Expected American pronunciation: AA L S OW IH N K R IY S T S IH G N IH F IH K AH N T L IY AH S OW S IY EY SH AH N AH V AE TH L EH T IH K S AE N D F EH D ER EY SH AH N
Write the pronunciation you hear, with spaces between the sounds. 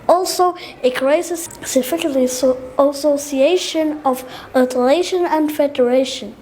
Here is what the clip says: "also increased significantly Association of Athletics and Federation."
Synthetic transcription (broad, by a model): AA L S OW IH K R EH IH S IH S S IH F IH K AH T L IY AH S OW S IY EY SH AH N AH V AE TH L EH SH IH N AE N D F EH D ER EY SH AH N